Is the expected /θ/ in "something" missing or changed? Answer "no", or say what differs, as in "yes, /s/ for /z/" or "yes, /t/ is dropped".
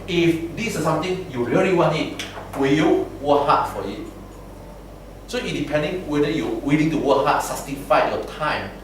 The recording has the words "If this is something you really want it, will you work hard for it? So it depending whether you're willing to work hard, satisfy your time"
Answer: yes, /t/ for /θ/